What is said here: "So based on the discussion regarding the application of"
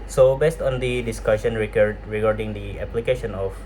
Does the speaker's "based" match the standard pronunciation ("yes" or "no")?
yes